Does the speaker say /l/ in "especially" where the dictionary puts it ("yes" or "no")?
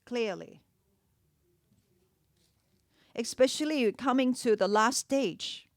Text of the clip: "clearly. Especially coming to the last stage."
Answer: yes